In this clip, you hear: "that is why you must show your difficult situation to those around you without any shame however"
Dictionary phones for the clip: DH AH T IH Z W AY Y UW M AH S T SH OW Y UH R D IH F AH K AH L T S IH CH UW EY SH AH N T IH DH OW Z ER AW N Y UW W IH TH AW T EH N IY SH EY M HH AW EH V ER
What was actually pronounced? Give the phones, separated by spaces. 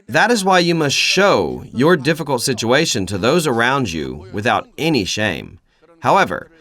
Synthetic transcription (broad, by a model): DH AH T IH Z W AY Y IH M AH S T SH OW Y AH R D IH F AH K L T S IH CH UW EY SH AH N T IH DH OW Z ER AW N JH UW W IH TH AW T EH N IY SH EY M HH AW EH V ER